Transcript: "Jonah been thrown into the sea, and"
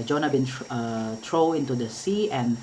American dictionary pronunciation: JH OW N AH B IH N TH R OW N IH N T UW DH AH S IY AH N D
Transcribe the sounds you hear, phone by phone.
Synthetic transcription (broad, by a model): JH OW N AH B IH N T R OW IH N T UW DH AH S IY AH N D